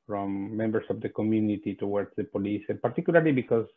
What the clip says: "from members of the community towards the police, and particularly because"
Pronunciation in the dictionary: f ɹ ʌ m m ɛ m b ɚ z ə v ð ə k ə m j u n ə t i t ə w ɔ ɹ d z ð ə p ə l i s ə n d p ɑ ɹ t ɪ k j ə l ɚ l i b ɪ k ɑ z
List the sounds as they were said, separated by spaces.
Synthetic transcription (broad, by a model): f ɹ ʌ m m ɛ m b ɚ s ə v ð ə k ə m j u n ə t i t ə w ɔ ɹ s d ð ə p ə l i s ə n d p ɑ ɹ t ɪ k j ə l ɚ l i b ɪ k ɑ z